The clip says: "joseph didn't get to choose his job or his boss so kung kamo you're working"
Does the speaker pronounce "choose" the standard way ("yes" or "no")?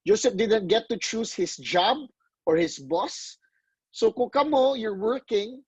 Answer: no